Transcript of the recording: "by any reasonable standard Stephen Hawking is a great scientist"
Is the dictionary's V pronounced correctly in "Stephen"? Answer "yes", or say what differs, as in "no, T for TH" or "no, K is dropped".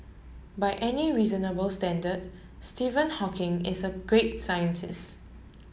yes